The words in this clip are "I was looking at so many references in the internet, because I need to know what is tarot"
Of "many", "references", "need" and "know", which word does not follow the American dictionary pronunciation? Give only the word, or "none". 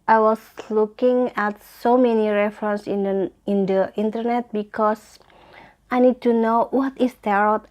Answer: references